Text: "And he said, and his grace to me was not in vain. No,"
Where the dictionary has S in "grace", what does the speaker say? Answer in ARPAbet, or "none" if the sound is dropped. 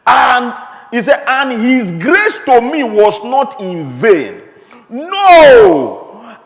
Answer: S